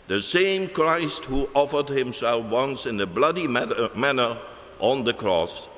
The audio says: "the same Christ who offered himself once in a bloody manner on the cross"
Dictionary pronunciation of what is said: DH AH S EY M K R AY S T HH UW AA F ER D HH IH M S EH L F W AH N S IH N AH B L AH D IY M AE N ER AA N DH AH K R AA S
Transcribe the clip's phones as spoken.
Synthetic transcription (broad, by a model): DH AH S EY M K R AY S T HH UW AA F ER D HH IH M S EH L F W AH N S IH N AH B L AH D IY M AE N ER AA N DH AH K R AA S